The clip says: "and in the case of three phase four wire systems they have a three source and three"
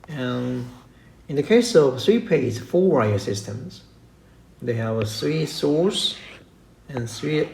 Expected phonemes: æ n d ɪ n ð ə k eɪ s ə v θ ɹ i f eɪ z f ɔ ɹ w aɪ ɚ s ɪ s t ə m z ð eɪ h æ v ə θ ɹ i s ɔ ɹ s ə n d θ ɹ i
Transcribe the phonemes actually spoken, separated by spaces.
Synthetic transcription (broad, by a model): ɪ n ð ə k eɪ s ə v θ ɹ i p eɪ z f ɔ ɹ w aɪ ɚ s ɪ s t ə m z ð eɪ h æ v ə θ ɹ i s ɔ ɹ s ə n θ ɹ i